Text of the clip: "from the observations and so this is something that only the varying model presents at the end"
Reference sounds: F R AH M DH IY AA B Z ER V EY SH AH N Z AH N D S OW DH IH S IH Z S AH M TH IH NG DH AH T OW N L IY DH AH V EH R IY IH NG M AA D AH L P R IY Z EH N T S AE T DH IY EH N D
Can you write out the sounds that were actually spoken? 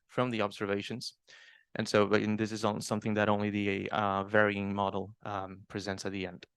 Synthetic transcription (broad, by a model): F R AH M DH IY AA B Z ER V EY SH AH N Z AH N S OW DH IH S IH Z S AH M TH IH NG DH AH T OW N L IY DH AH V EH R IY IH NG M AA D L P R IY Z EH N T S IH T DH IY EH N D